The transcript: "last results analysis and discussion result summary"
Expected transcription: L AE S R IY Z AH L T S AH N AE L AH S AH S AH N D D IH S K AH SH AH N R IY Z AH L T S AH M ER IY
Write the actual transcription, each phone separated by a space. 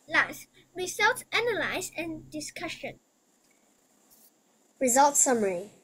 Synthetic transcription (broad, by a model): L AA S R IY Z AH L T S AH N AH L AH AH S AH N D D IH S K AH SH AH N R IY Z AH L T S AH M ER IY